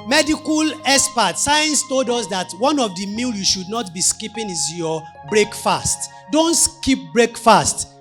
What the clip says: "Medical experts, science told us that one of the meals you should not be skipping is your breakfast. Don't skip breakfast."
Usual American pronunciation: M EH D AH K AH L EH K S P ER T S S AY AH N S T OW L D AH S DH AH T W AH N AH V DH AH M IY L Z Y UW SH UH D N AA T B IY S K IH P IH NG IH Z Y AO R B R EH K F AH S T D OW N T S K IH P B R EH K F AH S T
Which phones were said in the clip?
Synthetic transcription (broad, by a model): M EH D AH K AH L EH S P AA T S S AY AH N S T OW L D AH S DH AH T W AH N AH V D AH M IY L Y UW SH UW D N AA T B IY S K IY P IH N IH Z Y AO B R EH K F AH S T D OW N T S K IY P B R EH K F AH S T